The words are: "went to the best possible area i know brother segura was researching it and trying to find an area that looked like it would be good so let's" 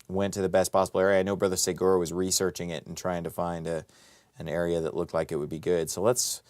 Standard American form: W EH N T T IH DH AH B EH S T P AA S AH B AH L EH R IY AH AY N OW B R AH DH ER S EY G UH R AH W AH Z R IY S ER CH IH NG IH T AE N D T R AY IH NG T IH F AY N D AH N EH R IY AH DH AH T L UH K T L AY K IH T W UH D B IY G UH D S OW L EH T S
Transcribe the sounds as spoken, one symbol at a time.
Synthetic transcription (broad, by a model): W EH N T T IH DH AH B EH S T P AA S AH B L EH R IY AH AY N OW B R AH DH ER S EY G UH R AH W AH Z R IY S ER CH IH NG IH T N T R AY IH NG T IH F AY N D AH N EH R IY AH DH AH T L UH K T L AY K IH T W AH D B IY G UH D S OW L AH T S